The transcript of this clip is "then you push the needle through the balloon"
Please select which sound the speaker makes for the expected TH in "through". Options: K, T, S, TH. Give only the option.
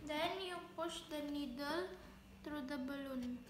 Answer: T